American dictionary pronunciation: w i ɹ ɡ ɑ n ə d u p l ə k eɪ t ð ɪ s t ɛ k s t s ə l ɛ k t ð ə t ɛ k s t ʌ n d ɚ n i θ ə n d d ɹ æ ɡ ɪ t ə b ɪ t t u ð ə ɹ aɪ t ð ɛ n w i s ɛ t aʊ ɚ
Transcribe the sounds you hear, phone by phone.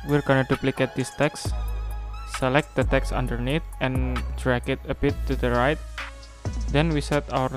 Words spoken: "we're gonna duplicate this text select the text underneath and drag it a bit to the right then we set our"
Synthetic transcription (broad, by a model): w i ɹ ɡ ɑ n ə d u p l ə k eɪ t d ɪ s t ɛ k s s ə l ɛ k t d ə t ɛ k s ʌ n d ɚ n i t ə n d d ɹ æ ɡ ɪ t ə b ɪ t t u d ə ɹ aɪ t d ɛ n w i s ɛ t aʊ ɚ